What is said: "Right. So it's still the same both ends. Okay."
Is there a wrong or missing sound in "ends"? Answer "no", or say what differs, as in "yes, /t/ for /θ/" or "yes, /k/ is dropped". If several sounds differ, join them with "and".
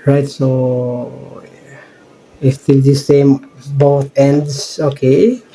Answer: yes, /s/ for /z/